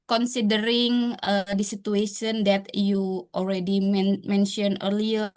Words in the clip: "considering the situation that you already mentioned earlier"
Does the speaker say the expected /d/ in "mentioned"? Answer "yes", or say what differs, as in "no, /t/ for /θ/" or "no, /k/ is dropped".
no, /d/ is dropped